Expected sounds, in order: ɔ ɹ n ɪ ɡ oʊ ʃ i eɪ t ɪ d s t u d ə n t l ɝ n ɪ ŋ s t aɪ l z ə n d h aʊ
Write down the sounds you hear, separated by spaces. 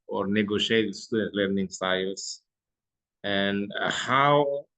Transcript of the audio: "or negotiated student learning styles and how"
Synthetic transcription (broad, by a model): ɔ ɹ n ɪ ɡ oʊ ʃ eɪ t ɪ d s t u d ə t l ɝ n ɪ ŋ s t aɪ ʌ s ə n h aʊ